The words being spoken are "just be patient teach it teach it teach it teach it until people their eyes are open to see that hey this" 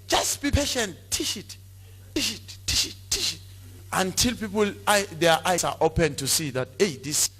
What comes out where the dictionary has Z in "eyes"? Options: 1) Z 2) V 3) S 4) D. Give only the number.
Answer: 3